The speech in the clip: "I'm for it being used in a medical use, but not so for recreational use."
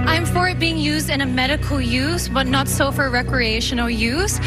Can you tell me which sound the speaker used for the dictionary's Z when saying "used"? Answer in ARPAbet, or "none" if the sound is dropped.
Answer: Z